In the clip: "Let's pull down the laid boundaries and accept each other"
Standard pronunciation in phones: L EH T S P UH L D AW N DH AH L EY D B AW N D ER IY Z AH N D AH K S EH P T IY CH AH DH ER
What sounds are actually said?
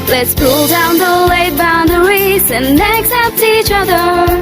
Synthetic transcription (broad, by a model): L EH T S P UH L D AW N DH AH W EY B AW N D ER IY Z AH N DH AH K S EH P T IY CH AH DH ER